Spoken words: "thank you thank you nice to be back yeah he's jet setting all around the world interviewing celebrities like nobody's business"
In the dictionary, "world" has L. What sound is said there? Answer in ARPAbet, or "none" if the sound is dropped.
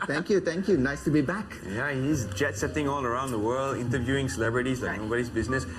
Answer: L